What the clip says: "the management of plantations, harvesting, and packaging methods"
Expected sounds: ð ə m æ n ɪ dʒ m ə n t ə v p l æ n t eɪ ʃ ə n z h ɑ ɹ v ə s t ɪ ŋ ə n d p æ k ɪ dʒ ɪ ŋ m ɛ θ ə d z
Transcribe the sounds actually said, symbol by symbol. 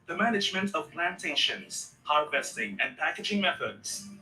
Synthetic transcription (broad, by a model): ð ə m æ n ɪ dʒ m ə n t ə v p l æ n t eɪ ʃ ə n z h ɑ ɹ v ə s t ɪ ŋ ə n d p æ k ɪ dʒ ɪ ŋ m ɛ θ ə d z